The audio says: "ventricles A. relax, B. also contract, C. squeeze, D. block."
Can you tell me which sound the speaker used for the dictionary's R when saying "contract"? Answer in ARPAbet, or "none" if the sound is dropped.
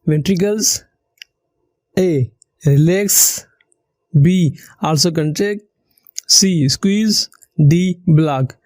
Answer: none